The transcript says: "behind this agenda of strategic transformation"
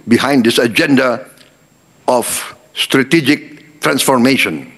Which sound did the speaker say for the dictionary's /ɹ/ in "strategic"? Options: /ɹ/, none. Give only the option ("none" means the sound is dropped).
/ɹ/